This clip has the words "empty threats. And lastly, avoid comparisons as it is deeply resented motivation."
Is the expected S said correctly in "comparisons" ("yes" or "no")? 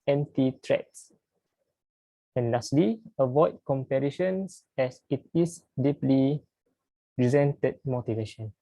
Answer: no